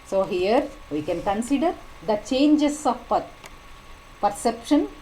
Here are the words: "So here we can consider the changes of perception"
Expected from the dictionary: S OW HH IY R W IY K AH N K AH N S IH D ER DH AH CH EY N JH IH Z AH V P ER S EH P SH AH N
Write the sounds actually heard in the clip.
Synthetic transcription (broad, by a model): S OW HH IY R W IY K AH N K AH N S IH D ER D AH CH EY N JH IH S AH P P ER S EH P SH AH N